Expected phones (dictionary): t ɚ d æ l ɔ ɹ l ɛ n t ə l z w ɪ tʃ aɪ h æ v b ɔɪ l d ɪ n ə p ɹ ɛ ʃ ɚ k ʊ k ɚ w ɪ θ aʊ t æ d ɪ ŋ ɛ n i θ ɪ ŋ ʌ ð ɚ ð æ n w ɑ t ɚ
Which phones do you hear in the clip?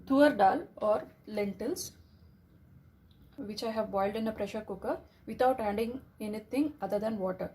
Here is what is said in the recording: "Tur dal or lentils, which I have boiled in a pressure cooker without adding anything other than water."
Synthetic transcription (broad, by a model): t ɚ d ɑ l ɔ ɹ l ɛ n t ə l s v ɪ tʃ aɪ h æ v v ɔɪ l d ɪ n ə p ɹ ɛ ʃ ɚ k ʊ k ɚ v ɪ t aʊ t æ d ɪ ŋ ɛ n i t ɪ ŋ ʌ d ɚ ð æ n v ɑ t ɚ